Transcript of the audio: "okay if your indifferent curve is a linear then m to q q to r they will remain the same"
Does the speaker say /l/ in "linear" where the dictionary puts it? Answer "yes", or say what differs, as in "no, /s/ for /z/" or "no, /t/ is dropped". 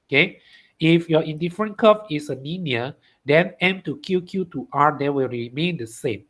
no, /n/ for /l/